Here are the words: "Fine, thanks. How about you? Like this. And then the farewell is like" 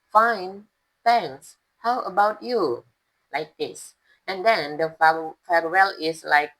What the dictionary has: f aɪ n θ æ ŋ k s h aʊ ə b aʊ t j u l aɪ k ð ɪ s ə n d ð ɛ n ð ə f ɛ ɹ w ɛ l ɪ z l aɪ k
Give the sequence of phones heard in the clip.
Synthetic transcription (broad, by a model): f aɪ n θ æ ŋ s h aʊ ə b aʊ t j u l aɪ k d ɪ s ə n d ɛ n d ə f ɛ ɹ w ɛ l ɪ s l aɪ k